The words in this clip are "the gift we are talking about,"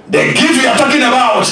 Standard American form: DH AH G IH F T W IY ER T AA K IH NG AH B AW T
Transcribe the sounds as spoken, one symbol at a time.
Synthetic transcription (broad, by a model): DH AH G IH T W IY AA T AA K IH NG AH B AW T